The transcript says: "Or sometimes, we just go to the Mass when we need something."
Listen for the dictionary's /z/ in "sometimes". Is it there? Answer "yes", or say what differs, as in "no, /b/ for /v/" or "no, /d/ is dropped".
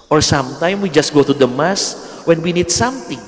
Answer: no, /z/ is dropped